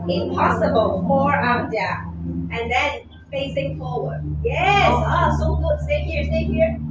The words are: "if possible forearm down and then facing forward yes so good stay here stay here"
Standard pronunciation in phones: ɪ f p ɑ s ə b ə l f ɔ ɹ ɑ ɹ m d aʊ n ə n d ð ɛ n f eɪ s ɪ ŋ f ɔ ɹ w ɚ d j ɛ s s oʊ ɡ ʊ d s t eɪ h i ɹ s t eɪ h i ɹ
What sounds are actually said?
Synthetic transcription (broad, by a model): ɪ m p ɑ s ə b ə l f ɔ ɹ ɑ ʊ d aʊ ə n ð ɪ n f eɪ s ɪ ŋ f ɔ ɹ w ɚ d j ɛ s s oʊ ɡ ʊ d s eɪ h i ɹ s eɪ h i ɹ